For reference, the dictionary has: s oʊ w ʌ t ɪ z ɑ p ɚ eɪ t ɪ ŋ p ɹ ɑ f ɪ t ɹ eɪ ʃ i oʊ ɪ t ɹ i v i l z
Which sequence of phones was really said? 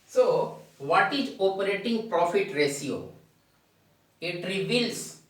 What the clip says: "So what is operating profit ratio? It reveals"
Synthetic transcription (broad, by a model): s oʊ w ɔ t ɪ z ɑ p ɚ eɪ t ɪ ŋ p ɹ ɑ f ɪ t ɹ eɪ s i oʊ ɪ t ɹ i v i l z